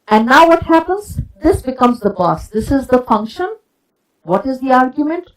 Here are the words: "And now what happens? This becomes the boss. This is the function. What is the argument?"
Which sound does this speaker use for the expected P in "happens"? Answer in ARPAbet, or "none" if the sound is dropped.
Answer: P